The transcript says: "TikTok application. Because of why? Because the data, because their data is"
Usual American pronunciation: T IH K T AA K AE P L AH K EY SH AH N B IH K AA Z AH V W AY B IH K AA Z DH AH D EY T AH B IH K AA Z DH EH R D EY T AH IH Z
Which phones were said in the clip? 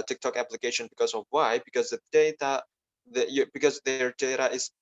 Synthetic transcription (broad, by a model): T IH K T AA K AE P L AH K EY SH AH N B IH K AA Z AH V W AY B IH K AA Z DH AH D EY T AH B IH K AA Z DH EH R D EY T AH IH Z